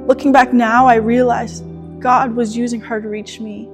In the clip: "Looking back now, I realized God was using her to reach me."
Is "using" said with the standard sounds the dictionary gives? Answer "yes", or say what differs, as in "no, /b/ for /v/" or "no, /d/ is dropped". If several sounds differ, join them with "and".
yes